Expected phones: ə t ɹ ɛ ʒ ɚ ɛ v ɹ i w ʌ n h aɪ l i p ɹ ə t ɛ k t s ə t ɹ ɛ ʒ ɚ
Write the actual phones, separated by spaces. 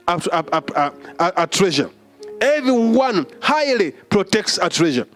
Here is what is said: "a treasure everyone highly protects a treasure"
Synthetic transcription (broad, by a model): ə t ɹ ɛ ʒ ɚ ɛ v ɹ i w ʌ n h aɪ l i p ɹ ə t ɛ k t s ə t ɹ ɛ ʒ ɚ